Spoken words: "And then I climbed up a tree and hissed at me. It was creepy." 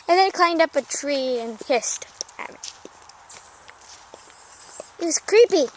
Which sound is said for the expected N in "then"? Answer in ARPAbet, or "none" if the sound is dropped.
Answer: none